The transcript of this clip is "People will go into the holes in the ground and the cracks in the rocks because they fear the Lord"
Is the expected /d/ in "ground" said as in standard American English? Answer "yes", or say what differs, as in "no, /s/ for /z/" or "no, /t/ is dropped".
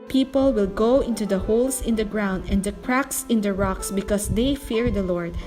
yes